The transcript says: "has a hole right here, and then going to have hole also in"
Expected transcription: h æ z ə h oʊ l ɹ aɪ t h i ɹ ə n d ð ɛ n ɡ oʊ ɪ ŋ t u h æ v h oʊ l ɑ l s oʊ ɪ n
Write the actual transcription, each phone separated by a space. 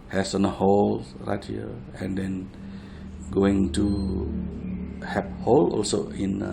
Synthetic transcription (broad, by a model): h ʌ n ə h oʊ l ɹ aɪ t h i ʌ ə n d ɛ n ɡ oʊ ɪ ŋ t u h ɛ p h oʊ l ɑ l s oʊ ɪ n